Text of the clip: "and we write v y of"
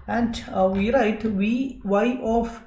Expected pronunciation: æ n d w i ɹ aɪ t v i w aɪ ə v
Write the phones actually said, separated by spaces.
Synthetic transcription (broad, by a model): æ n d w i ɹ aɪ t w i w aɪ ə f